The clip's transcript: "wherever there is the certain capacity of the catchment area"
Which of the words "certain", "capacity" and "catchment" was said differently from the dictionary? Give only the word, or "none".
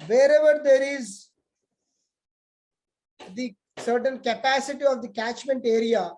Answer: none